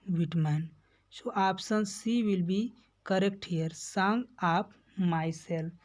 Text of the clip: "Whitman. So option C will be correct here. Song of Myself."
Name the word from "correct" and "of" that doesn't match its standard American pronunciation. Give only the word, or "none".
of